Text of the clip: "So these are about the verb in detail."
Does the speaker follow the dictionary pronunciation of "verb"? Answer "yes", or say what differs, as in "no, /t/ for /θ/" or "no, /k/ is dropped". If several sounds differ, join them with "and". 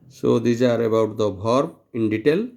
no, /b/ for /v/